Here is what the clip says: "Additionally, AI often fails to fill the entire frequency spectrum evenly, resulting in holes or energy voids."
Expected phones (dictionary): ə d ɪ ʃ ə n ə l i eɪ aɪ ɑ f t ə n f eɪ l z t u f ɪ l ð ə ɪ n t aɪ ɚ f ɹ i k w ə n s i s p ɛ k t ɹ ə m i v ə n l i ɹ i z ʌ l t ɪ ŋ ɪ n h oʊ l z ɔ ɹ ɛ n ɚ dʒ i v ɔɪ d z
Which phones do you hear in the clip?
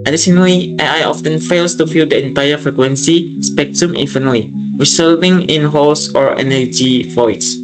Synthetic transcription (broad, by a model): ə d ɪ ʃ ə n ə l i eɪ aɪ ɑ f t ə n f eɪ l s t u f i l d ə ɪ n t aɪ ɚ f ɹ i k w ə n s i s p ɛ k t ɹ ə m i f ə n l i ɹ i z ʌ l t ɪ ŋ ɪ n h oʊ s ɔ ɹ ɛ n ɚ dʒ i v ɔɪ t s